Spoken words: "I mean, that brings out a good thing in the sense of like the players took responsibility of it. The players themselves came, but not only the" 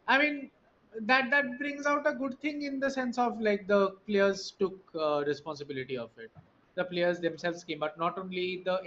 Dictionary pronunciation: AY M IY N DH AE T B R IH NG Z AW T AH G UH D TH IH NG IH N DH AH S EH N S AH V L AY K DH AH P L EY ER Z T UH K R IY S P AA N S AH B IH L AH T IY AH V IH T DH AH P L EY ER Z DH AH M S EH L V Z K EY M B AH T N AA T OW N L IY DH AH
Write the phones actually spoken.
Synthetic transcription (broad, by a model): AY M IY N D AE T B R IH NG Z AW T AH G UH D T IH NG IH N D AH S EH N S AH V L AY K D AH P L EY ER Z T UH K R IY S P AA N S AH B IH L AH T IY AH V IH T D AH P L EY ER Z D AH M S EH L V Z K EY M B AH T N AA T OW N L IY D AH